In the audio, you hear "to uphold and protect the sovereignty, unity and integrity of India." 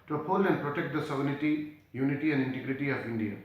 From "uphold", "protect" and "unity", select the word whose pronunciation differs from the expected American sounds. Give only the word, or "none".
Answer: uphold